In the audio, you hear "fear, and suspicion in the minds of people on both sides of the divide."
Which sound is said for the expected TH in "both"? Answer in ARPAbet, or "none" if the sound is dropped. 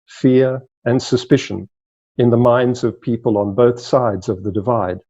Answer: TH